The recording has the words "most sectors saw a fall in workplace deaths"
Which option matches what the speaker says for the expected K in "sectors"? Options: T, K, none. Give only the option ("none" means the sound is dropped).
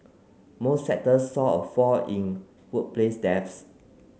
none